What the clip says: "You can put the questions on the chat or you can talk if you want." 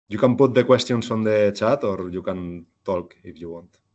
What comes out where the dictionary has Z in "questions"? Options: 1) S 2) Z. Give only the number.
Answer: 1